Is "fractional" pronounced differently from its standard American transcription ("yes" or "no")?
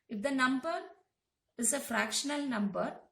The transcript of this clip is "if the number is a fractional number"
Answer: no